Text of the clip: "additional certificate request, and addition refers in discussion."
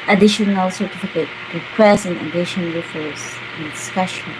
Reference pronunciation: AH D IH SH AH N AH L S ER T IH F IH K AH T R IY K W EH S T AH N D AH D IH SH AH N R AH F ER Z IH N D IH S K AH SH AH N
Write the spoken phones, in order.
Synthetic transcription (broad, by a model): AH D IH SH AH N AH L S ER T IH F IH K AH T R IY K W EH S T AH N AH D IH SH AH N L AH F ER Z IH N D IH S K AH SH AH N